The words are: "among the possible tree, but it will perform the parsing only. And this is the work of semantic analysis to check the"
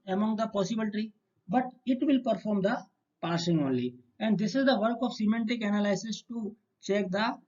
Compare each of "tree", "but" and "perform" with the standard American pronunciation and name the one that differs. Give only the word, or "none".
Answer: tree